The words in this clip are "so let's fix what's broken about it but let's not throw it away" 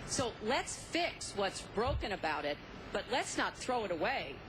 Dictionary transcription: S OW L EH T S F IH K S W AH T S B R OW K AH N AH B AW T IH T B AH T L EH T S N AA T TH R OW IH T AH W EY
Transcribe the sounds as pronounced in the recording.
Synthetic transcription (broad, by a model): S OW L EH T S F IH K S W AH T S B R OW K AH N AH B AW T IH T B AH T L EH T S N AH T TH R OW IH T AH W EY